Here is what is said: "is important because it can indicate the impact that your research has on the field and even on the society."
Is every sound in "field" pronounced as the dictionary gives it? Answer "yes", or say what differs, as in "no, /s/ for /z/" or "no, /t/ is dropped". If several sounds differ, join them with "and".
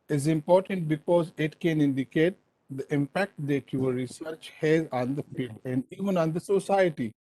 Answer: yes